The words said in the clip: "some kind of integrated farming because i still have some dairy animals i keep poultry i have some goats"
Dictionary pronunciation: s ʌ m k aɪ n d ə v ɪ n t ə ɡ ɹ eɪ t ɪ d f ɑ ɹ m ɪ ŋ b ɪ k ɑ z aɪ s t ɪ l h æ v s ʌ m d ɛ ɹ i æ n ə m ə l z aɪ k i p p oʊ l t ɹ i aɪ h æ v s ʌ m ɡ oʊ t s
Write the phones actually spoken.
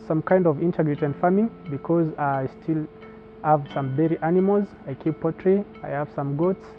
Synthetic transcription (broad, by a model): s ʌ m k aɪ n d ə v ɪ n t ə ɡ ɹ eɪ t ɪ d f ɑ m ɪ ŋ b ɪ k ɑ z aɪ s t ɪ l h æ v s ʌ m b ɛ ɹ i æ n ə m ə l z aɪ k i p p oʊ t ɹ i aɪ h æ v s ʌ m ɡ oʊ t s